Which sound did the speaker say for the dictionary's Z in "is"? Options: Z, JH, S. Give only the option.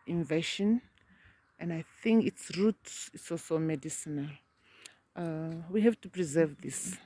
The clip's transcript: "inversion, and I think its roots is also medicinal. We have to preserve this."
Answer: S